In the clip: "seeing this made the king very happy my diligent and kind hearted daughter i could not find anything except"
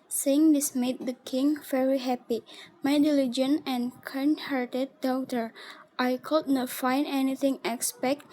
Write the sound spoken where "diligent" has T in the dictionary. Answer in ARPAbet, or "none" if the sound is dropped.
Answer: none